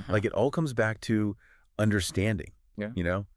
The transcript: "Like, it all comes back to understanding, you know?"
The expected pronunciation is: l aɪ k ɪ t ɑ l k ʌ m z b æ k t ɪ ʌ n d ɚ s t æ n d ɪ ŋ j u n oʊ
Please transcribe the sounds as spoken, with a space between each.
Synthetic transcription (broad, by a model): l aɪ k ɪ t ɑ l k ʌ m z b æ k t ɪ ʌ n d ɚ s t æ n d ɪ ŋ j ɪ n oʊ